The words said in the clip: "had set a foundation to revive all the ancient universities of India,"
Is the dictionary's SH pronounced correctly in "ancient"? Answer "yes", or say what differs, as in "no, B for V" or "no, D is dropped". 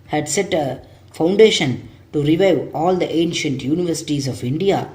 yes